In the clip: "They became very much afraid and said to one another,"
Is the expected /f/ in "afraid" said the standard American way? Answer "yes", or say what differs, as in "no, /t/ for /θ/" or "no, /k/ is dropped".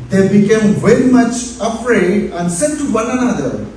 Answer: no, /p/ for /f/